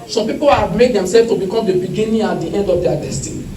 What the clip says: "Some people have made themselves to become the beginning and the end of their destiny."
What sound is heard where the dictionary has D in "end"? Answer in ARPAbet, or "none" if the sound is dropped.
D